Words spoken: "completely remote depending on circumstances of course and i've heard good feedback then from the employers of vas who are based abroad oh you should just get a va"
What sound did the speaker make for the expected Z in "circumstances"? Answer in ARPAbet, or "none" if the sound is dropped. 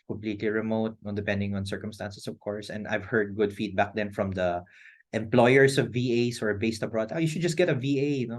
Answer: S